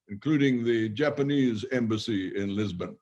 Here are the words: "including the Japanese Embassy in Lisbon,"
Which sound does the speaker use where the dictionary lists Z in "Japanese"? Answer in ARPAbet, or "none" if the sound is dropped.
Z